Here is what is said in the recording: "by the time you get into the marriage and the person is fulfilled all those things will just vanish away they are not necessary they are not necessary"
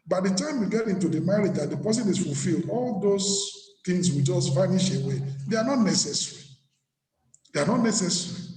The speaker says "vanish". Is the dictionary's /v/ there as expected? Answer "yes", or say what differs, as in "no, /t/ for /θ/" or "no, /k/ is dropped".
no, /f/ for /v/